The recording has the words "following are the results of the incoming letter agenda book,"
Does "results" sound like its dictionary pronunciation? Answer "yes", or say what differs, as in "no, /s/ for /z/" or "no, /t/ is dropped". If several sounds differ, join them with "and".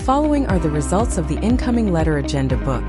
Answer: yes